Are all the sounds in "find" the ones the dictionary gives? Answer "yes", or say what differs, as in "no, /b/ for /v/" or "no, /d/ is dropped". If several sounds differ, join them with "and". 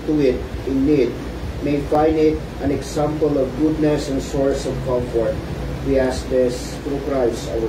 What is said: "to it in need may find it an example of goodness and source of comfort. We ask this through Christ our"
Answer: no, /d/ is dropped